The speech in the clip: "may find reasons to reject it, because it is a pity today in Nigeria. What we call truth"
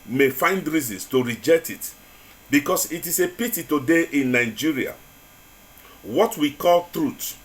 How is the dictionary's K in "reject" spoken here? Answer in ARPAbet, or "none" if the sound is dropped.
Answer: K